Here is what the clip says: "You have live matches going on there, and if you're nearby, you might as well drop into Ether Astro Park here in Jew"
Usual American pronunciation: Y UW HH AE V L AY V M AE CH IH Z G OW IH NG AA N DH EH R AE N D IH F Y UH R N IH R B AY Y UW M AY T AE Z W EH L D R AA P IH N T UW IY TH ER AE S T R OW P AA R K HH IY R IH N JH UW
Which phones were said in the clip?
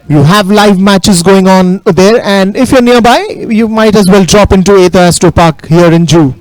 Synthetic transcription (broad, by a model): Y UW HH AE V L AY V M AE CH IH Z G OW IH NG AA N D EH R AE N D IH F Y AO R N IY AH B AY Y UW M AY T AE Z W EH L D R AA P IH N T UW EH T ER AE S T OW P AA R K HH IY R IH N JH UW